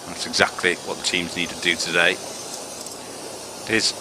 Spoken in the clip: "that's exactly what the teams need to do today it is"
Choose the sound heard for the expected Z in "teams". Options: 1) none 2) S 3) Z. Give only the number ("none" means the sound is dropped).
3